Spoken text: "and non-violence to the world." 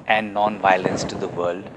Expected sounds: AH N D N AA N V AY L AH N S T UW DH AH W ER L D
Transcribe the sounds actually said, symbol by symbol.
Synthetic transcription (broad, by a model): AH N D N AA N V AY L AH N S T UW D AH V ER L D